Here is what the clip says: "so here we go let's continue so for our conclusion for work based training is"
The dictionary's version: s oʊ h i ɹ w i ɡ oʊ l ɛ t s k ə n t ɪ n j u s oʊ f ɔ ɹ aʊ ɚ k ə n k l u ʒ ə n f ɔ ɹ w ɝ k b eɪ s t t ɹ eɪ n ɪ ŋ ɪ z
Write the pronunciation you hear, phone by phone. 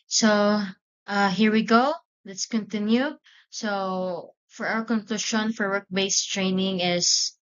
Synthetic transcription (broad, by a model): s oʊ h i ɹ w i ɡ oʊ l ɛ t s k ə n t ɪ n j u s oʊ f ɔ ɹ aʊ ɚ k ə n k l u ʃ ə n f ɔ ɹ w ɝ k b eɪ s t t ɹ eɪ n ɪ ŋ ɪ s